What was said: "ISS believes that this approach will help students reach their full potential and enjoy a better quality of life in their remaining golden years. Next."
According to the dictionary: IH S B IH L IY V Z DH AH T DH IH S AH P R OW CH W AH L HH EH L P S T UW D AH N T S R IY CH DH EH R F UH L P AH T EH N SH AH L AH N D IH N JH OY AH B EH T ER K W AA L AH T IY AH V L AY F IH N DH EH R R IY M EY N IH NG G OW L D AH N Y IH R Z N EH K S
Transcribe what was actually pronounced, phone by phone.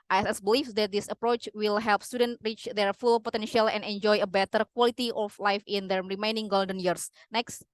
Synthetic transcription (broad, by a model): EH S B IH L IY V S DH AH T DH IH S AH P R OW CH W AH L HH EH L P S T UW D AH N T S R IY CH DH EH R F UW L P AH T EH N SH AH L AH N D IH N JH OY AH B EH T ER K W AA L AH T IY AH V L AY F IH N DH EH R R IY M EY N IH NG G OW L D AH N Y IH R S N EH K S